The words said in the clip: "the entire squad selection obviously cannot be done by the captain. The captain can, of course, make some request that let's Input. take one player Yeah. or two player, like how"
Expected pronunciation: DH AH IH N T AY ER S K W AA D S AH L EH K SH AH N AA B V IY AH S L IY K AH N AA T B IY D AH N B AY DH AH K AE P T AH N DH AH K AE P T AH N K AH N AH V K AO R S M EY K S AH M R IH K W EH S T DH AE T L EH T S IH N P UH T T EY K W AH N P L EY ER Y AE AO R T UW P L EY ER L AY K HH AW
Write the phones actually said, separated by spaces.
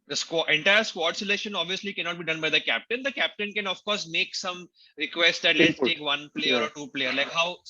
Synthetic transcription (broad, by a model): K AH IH N T AY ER S K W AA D S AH L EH SH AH N AA B V IY AH S L IY K AH N AA T B IY D AH N B AY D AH K AE P T AH N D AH K AE P T AH N K AH N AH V K AO R S M EY K S AH M R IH K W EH S T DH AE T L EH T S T T EY K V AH N P L EY ER AO R T UW P L EY ER L AY K HH AW